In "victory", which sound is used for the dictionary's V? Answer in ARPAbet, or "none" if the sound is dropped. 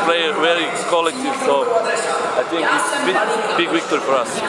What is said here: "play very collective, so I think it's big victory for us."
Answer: W